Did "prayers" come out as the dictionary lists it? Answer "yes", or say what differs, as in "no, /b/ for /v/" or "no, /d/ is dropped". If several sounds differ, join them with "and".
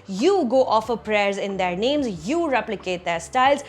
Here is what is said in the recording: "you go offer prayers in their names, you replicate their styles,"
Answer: yes